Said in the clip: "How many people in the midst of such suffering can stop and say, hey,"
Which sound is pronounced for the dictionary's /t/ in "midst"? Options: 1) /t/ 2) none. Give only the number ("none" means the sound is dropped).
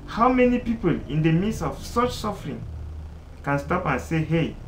2